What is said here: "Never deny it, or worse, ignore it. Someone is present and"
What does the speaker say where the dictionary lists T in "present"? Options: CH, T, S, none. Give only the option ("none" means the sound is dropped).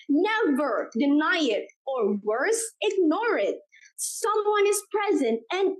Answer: T